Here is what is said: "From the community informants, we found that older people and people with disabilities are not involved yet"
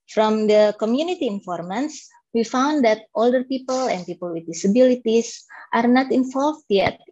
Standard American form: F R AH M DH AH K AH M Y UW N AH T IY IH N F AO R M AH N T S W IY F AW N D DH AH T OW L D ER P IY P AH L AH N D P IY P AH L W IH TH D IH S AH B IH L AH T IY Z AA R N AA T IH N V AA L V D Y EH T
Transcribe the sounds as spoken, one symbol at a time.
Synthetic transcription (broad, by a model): F R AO M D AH K AH M Y UW N AH T IY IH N F AO R M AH N S W IY F AW N D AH T OW L D ER P IY P AH L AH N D P IY P AH L W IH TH D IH S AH B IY L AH T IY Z AA R N AA T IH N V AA L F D Y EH T